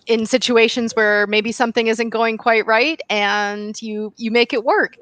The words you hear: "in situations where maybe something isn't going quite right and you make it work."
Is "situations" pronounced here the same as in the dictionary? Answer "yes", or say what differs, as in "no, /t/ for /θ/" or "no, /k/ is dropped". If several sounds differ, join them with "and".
yes